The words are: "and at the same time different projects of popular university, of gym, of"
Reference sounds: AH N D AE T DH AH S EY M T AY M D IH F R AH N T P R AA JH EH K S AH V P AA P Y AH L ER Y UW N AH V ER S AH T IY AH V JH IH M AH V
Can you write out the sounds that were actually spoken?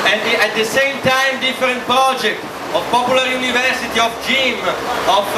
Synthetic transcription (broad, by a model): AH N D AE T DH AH S EY M T AY M D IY F R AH N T P R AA JH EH K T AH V P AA P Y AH L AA Y UW N AH V ER S AH T IY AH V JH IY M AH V